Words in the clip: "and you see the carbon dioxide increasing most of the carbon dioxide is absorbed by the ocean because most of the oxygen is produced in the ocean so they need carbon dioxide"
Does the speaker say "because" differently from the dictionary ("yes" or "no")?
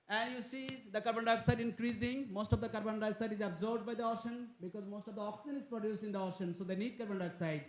no